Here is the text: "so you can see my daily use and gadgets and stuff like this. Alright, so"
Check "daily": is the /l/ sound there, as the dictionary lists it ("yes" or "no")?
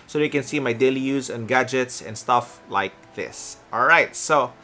yes